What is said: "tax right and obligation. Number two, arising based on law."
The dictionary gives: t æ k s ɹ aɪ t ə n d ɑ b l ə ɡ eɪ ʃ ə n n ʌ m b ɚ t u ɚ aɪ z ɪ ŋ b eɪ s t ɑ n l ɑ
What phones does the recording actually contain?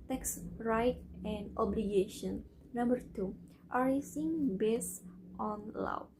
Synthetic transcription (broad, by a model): t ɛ k s ɹ aɪ t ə n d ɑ b l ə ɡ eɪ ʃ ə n n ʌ m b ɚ t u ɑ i s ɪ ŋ b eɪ s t ɑ n l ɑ